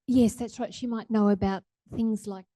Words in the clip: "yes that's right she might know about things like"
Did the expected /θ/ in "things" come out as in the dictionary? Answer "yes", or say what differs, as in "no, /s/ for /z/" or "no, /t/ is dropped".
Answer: yes